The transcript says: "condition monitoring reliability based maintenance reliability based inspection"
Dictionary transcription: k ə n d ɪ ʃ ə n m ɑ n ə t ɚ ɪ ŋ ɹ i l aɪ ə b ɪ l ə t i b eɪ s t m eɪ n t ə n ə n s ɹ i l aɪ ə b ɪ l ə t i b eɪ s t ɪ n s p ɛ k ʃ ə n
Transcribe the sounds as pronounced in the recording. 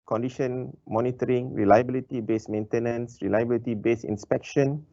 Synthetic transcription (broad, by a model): k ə n d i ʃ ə n m ɑ n ə t ɚ ɪ ŋ ɹ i l aɪ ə b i l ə t i b eɪ s m eɪ n t ə n ə n s ɹ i l aɪ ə b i l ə t i b eɪ s ɪ n s p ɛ k ʃ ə n